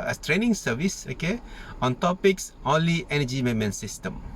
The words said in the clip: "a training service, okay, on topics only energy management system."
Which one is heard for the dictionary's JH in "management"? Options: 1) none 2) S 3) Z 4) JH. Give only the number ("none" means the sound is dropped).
1